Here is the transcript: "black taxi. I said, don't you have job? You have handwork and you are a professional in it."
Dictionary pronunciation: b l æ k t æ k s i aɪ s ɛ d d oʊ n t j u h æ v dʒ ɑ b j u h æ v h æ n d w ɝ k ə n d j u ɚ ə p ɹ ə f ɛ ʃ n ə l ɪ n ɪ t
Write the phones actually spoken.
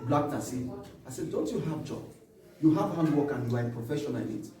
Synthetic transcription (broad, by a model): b l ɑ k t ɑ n s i aɪ s ɛ d d oʊ n t j u h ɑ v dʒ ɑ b j u h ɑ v h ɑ n d w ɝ k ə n j u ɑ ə p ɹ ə f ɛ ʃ ə n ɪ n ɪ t